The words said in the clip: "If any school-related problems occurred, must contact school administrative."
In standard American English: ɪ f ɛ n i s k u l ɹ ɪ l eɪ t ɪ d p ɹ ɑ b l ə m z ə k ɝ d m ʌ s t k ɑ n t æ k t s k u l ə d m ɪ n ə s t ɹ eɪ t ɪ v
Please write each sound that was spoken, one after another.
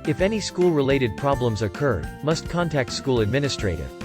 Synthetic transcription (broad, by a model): ɪ f ɛ n i s k u l ɹ ɪ l eɪ t ɪ d p ɹ ɑ b l ə m z ə k ɝ d m ʌ s t k ɑ n t æ k t s k u l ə d m ɪ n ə s t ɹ eɪ t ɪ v